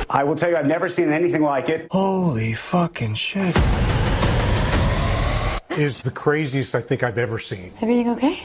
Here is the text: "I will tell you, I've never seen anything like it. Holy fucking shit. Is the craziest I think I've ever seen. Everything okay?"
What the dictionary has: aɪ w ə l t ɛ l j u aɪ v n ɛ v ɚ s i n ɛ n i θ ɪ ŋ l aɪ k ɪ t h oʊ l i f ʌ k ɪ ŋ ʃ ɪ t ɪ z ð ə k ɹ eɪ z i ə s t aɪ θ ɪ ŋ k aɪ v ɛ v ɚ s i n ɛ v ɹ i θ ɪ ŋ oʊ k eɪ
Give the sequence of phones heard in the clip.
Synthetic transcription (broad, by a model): aɪ w ə l t ɛ l j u aɪ v n ɛ v ɚ s i n ɛ n i θ ɪ ŋ l aɪ k ɪ t h oʊ l i f ʌ k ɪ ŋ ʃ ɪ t ɪ z ð ə k ɹ eɪ z i ə s t aɪ θ ɪ ŋ k aɪ v ɛ v ɚ s i n ɛ v ɹ i θ ɪ ŋ oʊ k eɪ